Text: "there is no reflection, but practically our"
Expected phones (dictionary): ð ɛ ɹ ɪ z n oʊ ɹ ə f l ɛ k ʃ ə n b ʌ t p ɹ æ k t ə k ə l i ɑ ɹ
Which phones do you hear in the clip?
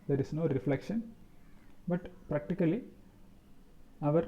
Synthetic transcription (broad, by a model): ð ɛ ɹ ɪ s n oʊ ɹ ə f l ɛ k ʃ ə n b ʌ t p ɹ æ k t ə k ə l i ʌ ɹ